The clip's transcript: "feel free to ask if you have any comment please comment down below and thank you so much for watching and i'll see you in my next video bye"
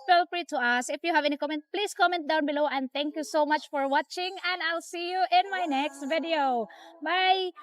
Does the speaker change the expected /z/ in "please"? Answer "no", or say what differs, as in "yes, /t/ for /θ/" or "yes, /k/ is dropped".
yes, /s/ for /z/